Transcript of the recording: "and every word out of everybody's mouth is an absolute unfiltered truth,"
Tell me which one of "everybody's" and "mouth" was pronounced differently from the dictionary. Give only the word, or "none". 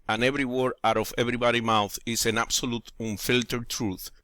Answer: everybody's